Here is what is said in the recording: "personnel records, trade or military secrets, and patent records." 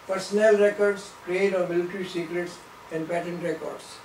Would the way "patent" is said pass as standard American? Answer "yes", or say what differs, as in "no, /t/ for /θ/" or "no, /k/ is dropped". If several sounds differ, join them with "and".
yes